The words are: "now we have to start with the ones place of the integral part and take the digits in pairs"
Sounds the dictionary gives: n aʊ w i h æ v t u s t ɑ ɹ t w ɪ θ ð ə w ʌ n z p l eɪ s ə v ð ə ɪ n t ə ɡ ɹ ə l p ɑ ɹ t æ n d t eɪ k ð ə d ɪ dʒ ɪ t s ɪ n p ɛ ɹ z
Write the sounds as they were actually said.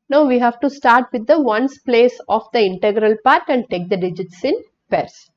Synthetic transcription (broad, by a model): n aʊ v i h æ v t u s t ɑ ɹ t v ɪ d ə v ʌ n s p l eɪ s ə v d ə ɪ n t ə ɡ ɹ ə l p ɑ ɹ t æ n d t eɪ k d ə d ɪ dʒ ɪ t s ɪ n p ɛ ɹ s